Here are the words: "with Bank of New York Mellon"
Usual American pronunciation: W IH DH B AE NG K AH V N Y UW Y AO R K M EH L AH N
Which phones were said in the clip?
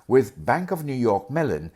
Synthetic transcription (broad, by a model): W IH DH B AE NG K AH V N Y UW Y AO R K M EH L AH N